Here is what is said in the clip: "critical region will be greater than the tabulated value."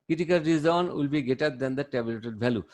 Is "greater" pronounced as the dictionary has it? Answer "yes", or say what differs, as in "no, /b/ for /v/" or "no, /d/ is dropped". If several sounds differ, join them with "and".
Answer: no, /ɹ/ is dropped